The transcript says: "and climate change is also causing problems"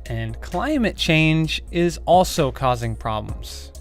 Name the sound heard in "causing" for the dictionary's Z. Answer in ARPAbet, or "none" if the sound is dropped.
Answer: Z